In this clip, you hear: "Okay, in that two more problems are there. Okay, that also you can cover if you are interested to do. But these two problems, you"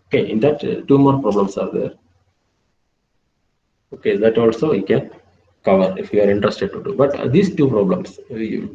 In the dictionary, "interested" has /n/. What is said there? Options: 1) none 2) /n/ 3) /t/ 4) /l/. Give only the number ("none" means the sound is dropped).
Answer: 2